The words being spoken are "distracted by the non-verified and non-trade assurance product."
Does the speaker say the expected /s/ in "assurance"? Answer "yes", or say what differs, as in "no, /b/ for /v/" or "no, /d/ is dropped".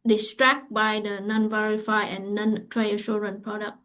no, /s/ is dropped